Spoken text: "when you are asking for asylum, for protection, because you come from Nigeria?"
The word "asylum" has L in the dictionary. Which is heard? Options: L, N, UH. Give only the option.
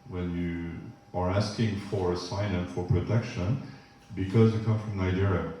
N